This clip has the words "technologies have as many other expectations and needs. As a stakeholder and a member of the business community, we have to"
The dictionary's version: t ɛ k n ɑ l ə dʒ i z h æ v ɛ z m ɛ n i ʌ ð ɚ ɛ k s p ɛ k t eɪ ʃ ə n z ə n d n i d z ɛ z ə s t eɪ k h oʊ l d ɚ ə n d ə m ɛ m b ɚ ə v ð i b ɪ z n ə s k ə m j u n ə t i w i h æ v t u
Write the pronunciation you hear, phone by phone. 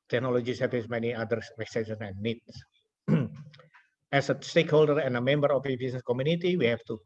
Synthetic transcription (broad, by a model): t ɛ k n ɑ l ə dʒ i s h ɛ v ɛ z m ɛ n i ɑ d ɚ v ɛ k s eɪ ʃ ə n ə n n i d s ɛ s ə s t eɪ k h oʊ l d ɚ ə n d ə m ɛ m b ɚ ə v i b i s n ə s k ə m j u n ə t i w i h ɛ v t u